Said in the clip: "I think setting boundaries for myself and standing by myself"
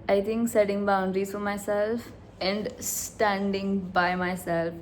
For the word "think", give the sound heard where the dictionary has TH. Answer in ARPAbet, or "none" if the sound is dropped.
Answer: T